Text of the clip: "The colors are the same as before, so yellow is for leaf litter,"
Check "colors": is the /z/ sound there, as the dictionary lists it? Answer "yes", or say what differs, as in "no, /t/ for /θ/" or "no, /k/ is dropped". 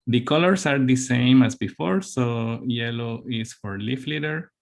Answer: no, /s/ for /z/